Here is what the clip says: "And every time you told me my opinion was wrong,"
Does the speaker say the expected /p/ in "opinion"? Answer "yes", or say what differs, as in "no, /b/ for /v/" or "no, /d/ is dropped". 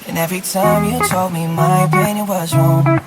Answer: no, /p/ is dropped